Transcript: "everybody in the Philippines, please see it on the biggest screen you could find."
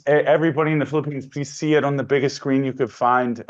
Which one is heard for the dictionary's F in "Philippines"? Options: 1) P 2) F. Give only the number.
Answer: 2